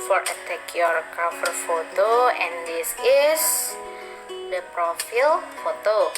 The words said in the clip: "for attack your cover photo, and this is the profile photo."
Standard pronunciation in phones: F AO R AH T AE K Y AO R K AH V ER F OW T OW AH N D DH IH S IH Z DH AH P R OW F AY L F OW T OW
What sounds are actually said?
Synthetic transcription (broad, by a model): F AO R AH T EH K Y AO R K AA F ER F OW T OW AH N D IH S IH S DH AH P R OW F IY L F OW T OW